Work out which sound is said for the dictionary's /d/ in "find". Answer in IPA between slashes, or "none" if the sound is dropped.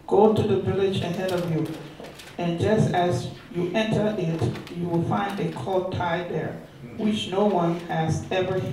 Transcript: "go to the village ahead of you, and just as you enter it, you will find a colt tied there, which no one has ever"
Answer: /d/